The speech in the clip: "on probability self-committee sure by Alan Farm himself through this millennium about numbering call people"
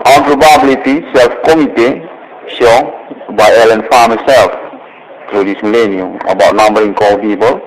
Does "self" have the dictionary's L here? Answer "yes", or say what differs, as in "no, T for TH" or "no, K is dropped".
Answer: yes